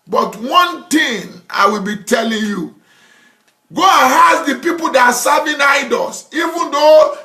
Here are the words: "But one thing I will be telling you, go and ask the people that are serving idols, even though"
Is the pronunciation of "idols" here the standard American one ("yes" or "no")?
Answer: no